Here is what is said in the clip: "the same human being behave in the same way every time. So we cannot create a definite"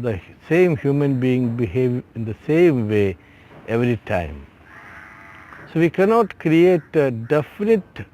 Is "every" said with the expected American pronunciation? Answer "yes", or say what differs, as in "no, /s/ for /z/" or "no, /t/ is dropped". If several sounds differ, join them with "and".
yes